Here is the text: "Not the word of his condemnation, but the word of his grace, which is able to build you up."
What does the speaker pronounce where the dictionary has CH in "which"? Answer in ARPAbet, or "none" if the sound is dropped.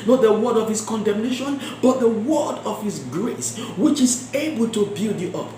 CH